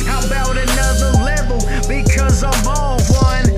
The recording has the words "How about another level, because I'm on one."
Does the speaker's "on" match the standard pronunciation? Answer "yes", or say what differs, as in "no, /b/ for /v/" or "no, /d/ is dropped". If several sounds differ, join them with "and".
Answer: no, /l/ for /n/